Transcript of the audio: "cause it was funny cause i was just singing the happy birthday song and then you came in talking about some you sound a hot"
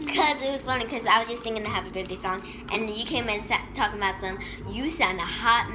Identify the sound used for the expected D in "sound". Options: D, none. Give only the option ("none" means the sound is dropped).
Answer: none